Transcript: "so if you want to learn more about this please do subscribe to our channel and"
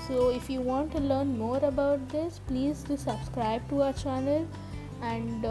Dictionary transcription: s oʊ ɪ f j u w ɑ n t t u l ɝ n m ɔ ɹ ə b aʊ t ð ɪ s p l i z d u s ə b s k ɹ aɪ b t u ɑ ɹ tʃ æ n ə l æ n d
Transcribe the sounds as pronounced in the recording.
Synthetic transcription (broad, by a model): s oʊ ɪ f j u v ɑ n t t u l ɝ n m ɔ ɹ ə b aʊ t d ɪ s p l i z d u s ə b s k ɹ aɪ b t u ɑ tʃ æ n ə l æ n d